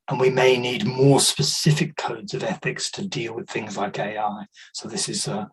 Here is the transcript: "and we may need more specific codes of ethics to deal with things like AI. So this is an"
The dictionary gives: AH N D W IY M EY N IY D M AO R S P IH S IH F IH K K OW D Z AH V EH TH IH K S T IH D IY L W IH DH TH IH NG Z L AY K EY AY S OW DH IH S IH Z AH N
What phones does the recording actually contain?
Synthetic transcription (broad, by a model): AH N W IY M EY N IY D M AO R S P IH S IH F IH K K OW D Z AH V EH TH IH K S T IH D IY L W IH DH TH IH NG Z L AY K EY AY S OW DH IH S IH Z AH